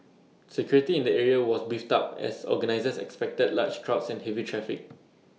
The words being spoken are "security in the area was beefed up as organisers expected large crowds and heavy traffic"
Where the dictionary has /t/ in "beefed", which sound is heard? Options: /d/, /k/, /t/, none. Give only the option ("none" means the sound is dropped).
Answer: /t/